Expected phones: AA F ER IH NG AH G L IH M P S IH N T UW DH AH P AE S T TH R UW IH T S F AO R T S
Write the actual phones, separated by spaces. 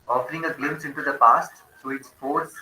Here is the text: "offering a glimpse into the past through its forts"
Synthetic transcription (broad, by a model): AA F ER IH NG AH G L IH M S IH N T UW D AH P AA S T T R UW IH T S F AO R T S